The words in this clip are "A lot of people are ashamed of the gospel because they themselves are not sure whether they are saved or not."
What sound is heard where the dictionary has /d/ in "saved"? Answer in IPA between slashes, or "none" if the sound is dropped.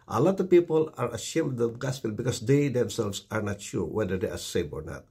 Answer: none